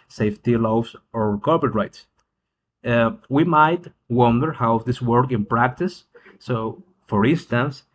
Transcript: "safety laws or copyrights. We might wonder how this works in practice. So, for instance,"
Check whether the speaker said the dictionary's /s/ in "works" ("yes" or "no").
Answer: no